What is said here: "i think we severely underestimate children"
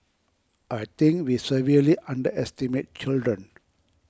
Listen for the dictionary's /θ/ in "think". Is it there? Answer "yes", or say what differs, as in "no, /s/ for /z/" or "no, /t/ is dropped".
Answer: no, /t/ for /θ/